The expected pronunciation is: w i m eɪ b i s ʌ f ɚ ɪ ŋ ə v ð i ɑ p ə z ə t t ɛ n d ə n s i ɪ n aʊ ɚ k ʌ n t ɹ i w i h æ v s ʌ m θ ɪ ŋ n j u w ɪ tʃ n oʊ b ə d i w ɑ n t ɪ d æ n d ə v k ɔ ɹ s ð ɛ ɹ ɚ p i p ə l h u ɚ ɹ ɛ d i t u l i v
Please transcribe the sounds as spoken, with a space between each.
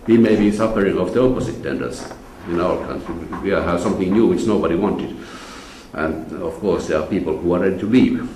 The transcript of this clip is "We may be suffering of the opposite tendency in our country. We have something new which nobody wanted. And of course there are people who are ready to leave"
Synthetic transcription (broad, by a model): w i m eɪ b i s ʌ f ɚ ɪ ŋ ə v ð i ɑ p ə s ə t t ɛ n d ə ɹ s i ɪ n aʊ ɚ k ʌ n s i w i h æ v s ʌ m θ ɪ ŋ n j u w ɪ tʃ n oʊ b ə d i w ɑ n t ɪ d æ n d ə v k ɔ ɹ s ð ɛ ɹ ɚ p i p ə l h u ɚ ɹ ɛ d i t u l i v